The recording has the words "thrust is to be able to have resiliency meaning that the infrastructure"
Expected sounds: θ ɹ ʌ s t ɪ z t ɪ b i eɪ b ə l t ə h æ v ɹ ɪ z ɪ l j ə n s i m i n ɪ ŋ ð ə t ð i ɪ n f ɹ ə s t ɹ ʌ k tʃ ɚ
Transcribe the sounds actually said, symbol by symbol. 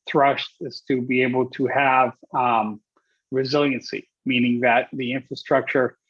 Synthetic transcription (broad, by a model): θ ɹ ʌ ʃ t ɪ z t ɪ b i eɪ b l t ə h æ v ɹ ɪ z ɪ l j ə n s i m i n ɪ ŋ ð ə t ð i ɪ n f ɹ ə s t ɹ ʌ k tʃ ɚ